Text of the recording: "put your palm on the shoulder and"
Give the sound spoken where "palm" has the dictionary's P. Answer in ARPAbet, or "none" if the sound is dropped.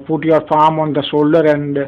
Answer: F